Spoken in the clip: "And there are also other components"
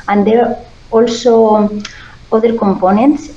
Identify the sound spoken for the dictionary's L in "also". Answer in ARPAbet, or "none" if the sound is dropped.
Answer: L